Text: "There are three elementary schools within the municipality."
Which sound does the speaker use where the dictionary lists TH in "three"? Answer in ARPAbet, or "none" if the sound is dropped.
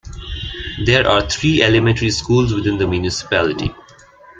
T